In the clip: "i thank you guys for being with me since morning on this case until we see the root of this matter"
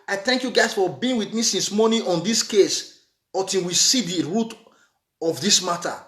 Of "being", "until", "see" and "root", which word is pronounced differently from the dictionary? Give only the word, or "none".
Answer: until